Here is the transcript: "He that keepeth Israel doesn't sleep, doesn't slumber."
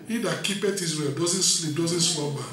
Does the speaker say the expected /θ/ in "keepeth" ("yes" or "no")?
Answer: no